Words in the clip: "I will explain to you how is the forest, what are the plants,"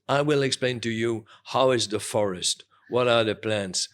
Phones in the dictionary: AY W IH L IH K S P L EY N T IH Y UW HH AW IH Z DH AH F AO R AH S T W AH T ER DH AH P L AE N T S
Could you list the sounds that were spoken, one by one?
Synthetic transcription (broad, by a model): AY W IH L IH K S P L EY N T IH Y UW HH AW IH Z DH AH F AO R AH S T W AH T ER DH AH P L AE N T S